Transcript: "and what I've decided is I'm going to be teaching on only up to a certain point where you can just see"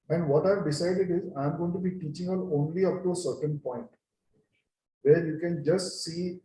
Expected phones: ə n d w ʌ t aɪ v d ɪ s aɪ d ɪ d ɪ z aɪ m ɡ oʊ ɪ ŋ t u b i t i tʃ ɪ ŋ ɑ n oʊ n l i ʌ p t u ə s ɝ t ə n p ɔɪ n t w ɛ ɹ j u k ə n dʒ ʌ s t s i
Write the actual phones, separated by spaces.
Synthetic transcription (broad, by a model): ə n d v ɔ t aɪ v d ɪ s aɪ d ɪ d ɪ z aɪ m ɡ oʊ ɪ ŋ t u b i t i tʃ ɪ ŋ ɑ l oʊ n l i ʌ p t u ə s ɝ t ə n p ɔɪ n t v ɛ ɹ j u k ə n dʒ ʌ s t s i